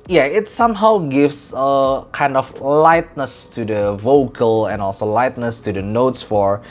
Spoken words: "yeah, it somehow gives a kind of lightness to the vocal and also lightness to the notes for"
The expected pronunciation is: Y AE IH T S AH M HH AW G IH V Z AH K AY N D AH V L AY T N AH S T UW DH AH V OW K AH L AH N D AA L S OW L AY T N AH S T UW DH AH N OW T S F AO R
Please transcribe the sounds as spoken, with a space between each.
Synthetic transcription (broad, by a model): Y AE IH T S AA M HH AW G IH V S AH K AY N D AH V L AY T N AH S T UW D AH V OW K AH L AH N AA L S OW L AY T N AH S T UW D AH N OW T S F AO R